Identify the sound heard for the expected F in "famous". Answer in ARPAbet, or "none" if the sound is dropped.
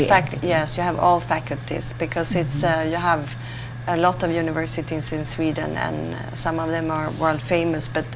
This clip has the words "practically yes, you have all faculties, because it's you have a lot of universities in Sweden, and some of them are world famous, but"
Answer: F